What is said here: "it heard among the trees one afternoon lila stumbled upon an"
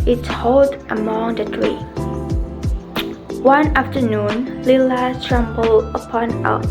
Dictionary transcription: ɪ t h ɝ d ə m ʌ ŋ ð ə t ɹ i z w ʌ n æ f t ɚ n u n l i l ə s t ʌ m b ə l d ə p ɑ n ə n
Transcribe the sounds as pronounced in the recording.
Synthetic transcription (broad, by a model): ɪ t h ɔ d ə m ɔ ŋ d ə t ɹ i w ʌ n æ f t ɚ n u n l i l ə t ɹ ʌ m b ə l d ə p ɑ n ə